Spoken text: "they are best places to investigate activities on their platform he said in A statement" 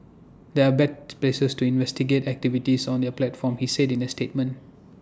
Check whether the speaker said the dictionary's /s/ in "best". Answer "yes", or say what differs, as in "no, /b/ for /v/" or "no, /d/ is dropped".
no, /s/ is dropped